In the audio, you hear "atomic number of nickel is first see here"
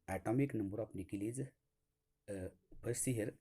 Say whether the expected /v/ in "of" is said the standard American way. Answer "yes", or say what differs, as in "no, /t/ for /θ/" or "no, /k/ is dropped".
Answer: no, /p/ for /v/